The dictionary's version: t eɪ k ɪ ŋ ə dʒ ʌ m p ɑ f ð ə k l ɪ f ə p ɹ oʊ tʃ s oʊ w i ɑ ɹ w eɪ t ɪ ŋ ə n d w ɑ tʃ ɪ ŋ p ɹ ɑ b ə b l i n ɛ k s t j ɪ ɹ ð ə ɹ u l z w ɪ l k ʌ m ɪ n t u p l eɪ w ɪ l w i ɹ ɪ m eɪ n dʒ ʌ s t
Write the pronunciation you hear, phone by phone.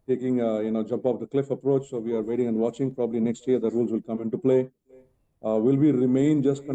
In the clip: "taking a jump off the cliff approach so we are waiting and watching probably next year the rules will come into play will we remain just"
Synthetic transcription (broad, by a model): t eɪ k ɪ ŋ ə dʒ ʌ m p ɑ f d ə k l ɪ f ə p ɹ oʊ tʃ s oʊ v i ɑ ɹ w eɪ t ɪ ŋ ə n d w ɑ tʃ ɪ ŋ p ɹ ɑ b ə b l i n ɛ k s t j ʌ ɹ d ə ɹ u l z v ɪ l k ʌ m ɪ n t u p l eɪ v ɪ l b i ɹ ɪ m eɪ n dʒ ʌ s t